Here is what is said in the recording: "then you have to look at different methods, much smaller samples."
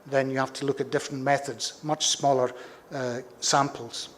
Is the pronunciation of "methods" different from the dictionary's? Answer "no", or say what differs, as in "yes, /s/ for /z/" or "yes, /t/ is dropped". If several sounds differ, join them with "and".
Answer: no